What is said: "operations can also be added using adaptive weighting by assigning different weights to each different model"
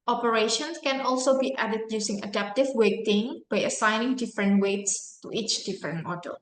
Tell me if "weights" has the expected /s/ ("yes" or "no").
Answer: yes